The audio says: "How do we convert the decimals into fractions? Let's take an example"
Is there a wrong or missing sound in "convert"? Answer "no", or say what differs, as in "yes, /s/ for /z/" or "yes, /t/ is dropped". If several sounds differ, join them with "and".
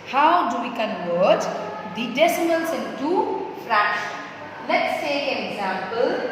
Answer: yes, /w/ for /v/